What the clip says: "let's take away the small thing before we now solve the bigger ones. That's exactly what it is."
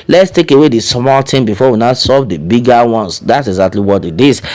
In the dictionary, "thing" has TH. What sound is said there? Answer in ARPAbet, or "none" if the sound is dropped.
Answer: T